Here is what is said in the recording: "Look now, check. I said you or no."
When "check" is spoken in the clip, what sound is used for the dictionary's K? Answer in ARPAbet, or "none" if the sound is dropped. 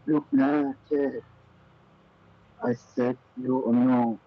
none